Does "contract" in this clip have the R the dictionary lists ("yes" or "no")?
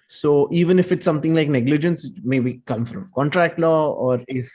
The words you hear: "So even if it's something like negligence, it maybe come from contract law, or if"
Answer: yes